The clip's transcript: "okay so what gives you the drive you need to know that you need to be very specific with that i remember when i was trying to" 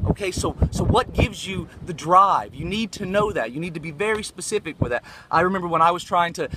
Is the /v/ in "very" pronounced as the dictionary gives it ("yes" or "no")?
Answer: yes